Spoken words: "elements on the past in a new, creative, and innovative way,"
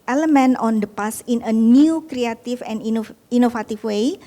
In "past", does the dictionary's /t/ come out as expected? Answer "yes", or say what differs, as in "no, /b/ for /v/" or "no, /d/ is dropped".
no, /t/ is dropped